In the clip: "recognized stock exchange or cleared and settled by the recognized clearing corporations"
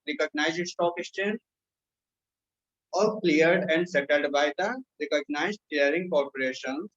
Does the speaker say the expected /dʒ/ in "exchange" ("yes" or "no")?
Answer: no